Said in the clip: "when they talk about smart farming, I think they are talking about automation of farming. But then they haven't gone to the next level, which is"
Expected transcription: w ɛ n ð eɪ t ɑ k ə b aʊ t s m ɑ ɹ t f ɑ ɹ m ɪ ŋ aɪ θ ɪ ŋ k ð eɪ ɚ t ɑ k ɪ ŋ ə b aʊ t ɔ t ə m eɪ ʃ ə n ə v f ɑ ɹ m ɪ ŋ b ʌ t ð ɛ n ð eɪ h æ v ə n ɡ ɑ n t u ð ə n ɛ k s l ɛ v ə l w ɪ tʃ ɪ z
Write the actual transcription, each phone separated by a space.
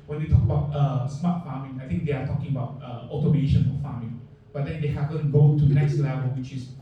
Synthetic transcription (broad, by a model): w ɛ n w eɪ t ɑ k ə b aʊ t s m ɑ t f ɑ m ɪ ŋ aɪ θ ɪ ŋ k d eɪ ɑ t ɑ k ɪ ŋ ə b aʊ t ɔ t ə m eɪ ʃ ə n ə f ɑ m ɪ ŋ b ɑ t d ɛ n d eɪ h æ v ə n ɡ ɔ t u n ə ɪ s l ɛ v ə l w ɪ tʃ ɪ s